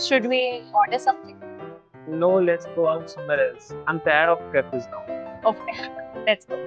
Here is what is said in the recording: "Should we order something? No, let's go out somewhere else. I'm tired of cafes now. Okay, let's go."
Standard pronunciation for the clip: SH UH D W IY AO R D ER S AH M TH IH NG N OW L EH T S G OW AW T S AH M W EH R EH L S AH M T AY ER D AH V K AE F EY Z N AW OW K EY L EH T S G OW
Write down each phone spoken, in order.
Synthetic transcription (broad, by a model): SH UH D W IY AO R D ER S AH M T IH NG N OW L EH T S G OW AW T S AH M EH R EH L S AH M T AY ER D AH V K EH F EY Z N AW OW K EY L EH T S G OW